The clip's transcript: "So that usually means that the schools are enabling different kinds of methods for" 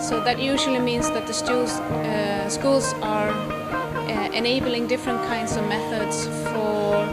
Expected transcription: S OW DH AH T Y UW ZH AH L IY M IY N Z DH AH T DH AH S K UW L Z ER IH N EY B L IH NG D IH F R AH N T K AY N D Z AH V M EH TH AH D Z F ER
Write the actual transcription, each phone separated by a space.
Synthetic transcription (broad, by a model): S OW DH AH T Y UW ZH AH L IY M IY N Z DH AH T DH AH S K UW L Z ER IH N EY B L IH NG D IH F R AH N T K AY N D Z AH V M EH TH AH D Z F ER